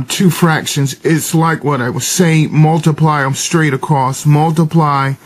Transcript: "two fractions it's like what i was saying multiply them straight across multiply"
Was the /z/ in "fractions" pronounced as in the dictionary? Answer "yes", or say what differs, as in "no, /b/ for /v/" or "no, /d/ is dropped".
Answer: yes